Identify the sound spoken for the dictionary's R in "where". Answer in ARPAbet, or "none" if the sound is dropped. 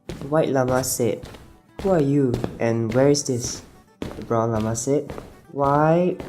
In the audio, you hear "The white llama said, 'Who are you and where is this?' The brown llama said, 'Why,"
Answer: R